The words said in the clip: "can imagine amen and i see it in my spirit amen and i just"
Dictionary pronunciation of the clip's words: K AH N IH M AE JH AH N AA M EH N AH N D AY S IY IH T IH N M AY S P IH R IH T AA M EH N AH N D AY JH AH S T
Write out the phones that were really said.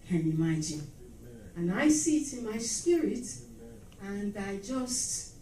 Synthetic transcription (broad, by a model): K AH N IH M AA AH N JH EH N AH N AY S IY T IH N M AY S P IH R IH T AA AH N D AY JH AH S T